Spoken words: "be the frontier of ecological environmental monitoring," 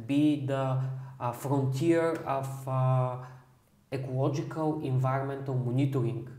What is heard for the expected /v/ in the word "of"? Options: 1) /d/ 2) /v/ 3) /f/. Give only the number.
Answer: 3